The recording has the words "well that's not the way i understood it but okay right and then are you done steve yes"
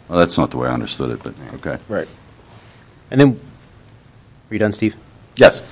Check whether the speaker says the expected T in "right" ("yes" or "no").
yes